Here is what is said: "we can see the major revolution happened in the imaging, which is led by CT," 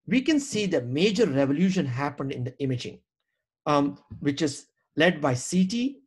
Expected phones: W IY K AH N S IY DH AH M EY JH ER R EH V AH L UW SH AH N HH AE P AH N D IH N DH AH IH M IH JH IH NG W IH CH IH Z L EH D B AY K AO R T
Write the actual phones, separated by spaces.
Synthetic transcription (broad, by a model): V IY K AH N S IY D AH M EY JH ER R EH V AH L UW SH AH N HH AE P AH N D IH N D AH IH M IH JH IH NG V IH CH IH Z L EH D B AY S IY T